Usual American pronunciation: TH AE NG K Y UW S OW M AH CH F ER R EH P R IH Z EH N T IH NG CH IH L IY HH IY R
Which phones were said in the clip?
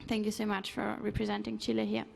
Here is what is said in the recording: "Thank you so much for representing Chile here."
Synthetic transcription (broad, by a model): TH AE NG K Y UW S OW M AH CH F ER R EH P R IH Z EH N T IH NG CH IH L IY HH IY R